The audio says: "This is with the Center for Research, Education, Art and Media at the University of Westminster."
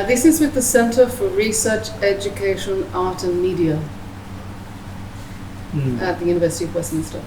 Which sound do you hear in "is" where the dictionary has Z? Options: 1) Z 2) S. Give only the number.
1